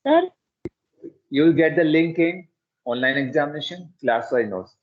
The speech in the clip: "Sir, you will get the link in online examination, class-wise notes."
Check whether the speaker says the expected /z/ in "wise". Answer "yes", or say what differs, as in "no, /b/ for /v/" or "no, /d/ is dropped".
no, /z/ is dropped